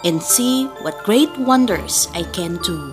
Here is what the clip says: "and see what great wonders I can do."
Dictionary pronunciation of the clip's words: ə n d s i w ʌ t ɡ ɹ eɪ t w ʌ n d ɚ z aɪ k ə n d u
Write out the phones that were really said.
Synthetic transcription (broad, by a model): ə n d s i w ʌ t ɡ ɹ eɪ t w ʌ n d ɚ s aɪ k ə n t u